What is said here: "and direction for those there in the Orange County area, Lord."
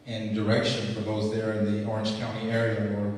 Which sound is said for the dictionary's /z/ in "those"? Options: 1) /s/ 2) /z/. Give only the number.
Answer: 2